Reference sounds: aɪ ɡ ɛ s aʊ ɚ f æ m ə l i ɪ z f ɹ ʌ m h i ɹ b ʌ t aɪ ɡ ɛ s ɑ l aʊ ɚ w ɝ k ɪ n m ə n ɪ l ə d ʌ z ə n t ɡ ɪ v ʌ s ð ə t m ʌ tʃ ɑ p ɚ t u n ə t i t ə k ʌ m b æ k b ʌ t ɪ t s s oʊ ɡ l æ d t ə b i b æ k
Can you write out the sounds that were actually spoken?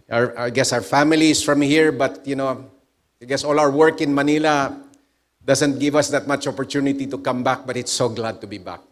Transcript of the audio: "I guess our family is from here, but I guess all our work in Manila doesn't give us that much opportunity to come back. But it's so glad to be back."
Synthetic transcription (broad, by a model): aɪ ɡ ɛ s aʊ ɚ f æ m ə l i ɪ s f ɹ ʌ m h i ɹ b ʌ t aɪ ɡ ɛ s ɑ l aʊ ɚ w ɝ k ɪ n m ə n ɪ l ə d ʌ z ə n t ɡ ɪ v ʌ s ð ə t m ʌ tʃ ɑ p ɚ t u n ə t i t ə k ʌ m b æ k b ʌ t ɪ t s s oʊ ɡ l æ d t ə b i b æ k